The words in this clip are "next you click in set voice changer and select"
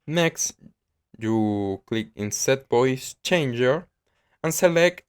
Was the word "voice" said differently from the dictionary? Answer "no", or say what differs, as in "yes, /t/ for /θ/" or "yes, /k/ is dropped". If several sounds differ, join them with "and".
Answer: yes, /b/ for /v/